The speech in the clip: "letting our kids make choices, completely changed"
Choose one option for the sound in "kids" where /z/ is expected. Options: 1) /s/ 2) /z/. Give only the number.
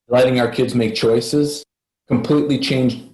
2